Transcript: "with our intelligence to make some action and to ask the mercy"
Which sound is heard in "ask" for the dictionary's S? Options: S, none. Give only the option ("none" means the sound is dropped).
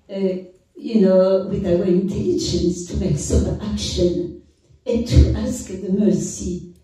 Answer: S